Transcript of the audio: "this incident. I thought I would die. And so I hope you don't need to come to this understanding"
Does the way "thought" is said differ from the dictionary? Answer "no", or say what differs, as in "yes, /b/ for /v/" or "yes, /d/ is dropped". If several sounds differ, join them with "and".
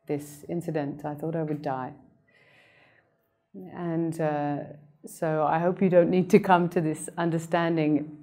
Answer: no